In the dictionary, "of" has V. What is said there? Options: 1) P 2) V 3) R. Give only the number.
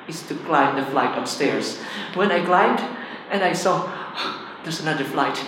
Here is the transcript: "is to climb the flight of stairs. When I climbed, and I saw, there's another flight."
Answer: 1